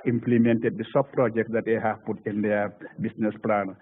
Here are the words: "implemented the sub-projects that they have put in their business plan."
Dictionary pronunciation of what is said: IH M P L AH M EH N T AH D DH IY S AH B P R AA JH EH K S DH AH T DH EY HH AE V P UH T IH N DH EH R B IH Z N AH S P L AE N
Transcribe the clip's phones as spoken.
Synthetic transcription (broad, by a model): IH M P L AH M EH N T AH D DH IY S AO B P R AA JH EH K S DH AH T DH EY HH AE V P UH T IH N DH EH B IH S N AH S P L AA N